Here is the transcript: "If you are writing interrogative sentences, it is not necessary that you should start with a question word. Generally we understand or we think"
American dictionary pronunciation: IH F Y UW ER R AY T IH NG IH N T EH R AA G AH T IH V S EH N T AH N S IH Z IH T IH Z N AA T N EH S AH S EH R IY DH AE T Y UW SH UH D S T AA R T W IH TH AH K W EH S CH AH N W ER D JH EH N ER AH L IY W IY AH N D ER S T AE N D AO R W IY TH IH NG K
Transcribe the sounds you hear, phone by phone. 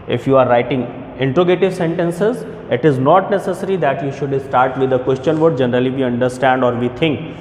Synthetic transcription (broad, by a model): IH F Y UW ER R AY T IH NG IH N T R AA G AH T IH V S EH N T AH N S IH Z IH T IH Z N AA T N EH S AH S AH R IY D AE T Y UW SH UH D S T AA R T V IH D AH K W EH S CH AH N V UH D JH EH N ER AH L IY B IY AH N D ER S T AE N D AO R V IY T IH NG K